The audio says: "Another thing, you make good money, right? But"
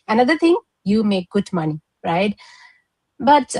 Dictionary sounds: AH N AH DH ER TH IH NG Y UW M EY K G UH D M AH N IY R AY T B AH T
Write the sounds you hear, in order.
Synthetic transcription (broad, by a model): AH N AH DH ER T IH NG Y UW M EY K G UH D M AH N IY R AY T B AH T